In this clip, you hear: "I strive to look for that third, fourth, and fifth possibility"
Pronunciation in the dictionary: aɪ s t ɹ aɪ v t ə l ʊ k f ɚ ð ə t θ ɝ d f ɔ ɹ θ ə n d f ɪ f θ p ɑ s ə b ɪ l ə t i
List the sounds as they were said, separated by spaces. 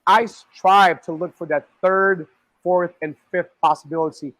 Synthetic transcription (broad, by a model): aɪ s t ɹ aɪ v t ə l ʊ k f ɚ ð ə t θ ɝ d f ɔ ɹ θ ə n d f ɪ f θ p ɑ s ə b ɪ l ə t i